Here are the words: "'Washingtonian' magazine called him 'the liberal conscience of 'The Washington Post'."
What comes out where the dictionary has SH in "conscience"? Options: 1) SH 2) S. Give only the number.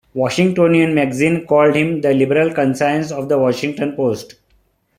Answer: 2